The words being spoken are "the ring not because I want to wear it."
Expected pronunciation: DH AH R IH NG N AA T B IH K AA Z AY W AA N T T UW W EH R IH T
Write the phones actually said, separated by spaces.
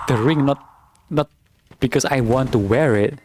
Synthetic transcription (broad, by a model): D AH R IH NG N AA T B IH K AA S AY W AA N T T UW W EH R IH T